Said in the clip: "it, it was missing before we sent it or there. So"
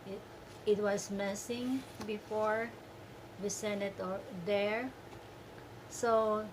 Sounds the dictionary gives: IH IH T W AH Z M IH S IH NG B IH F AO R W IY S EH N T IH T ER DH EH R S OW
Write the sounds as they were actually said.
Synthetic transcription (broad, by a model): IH IH T W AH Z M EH S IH NG B IH F AO R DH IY S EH N IH T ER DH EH R S OW